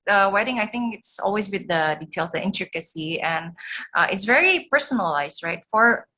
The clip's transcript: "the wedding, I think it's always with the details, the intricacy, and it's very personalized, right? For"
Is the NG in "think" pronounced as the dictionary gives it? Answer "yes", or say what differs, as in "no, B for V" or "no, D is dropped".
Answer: yes